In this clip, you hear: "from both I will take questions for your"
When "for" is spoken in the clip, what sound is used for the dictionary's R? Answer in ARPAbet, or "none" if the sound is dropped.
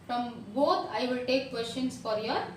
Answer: R